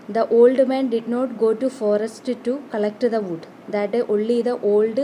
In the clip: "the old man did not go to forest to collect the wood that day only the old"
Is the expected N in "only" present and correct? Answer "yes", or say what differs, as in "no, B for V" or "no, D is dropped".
no, N is dropped